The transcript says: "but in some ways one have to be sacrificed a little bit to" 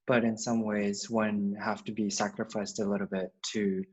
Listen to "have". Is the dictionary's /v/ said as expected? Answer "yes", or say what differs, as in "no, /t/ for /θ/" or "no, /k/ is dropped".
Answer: no, /f/ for /v/